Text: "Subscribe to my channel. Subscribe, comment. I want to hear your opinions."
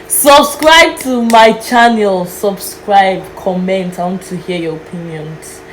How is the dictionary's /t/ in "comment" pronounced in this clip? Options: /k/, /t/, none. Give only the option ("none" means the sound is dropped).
/t/